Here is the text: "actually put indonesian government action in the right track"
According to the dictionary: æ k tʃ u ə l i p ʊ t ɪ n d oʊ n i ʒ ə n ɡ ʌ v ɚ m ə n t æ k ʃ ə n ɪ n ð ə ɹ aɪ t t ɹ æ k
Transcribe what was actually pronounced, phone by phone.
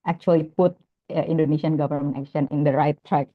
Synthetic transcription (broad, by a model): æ k tʃ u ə l i p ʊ t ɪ n d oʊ n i s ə n ɡ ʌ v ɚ m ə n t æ k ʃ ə n ɪ n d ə ɹ aɪ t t ɹ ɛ k